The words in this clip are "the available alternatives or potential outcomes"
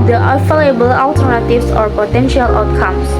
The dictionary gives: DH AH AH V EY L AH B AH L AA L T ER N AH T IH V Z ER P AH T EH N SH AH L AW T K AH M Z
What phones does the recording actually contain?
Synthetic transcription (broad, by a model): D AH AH F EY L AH B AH L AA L T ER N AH T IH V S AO P AH T EH N SH AH L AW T K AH M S